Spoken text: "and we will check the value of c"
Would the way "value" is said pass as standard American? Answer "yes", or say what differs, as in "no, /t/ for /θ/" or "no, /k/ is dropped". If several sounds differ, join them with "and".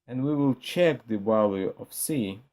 no, /b/ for /v/